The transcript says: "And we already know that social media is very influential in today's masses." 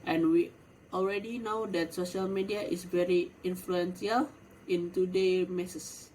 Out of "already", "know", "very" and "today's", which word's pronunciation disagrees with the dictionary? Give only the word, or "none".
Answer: today's